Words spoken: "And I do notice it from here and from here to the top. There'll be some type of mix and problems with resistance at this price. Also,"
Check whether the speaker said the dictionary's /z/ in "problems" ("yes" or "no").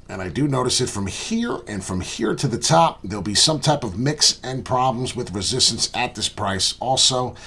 yes